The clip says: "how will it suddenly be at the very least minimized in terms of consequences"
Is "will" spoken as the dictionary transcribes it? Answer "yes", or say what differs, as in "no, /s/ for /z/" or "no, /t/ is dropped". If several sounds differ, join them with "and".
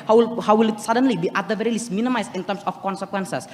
no, /w/ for /l/